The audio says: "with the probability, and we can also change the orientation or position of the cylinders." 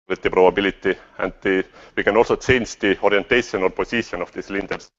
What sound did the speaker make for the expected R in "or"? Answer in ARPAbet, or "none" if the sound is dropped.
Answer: L